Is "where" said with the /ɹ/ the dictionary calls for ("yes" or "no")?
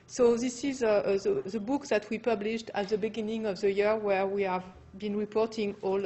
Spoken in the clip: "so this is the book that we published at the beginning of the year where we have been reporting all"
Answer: yes